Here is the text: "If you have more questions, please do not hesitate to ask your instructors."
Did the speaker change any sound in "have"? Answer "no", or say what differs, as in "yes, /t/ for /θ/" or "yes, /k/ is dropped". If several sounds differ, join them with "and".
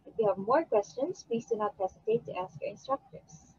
no